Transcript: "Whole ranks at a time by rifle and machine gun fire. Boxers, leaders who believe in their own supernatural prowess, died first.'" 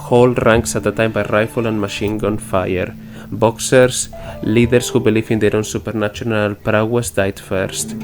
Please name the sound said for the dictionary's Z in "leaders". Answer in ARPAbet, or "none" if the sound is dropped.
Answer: S